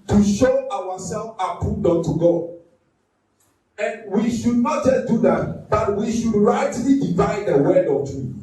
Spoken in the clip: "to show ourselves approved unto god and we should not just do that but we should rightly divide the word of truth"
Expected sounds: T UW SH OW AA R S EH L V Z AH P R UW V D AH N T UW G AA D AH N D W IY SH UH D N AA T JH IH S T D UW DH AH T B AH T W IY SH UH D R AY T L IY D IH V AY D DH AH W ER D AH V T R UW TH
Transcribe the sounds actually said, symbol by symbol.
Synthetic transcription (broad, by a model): T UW SH OW AA W S EH L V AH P UW D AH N T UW G AA D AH N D W IY SH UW D N AA T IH D UW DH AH T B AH T W IY SH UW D R AY T L IY D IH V AY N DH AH W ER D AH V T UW